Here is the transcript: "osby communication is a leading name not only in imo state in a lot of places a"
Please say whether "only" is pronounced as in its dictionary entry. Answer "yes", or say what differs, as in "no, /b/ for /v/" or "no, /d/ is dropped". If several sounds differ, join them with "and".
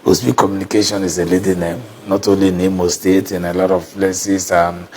yes